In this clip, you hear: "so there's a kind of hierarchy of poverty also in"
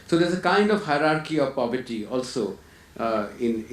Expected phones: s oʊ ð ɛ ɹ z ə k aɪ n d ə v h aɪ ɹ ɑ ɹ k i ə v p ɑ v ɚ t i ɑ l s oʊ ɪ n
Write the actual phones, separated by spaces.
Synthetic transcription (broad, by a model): s oʊ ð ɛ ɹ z ə k aɪ n d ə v h aɪ ɹ ɑ ɹ k i ə v p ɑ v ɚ t i ɑ l s oʊ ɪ n